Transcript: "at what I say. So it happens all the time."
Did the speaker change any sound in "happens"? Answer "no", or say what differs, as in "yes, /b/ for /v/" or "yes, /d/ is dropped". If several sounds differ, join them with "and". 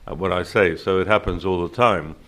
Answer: no